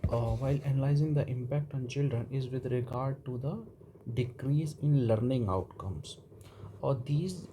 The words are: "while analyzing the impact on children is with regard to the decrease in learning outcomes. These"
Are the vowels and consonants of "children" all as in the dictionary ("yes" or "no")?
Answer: yes